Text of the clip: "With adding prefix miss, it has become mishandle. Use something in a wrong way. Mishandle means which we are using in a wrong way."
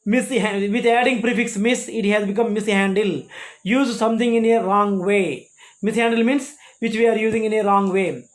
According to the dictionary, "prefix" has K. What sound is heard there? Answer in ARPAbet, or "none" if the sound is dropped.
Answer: K